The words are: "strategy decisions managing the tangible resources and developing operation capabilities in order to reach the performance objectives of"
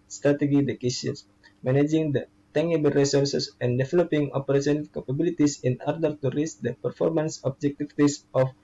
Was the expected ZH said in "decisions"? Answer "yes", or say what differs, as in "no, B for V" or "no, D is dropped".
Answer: no, S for ZH